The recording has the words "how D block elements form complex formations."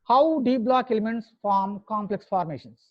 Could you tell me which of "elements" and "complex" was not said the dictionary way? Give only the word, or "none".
none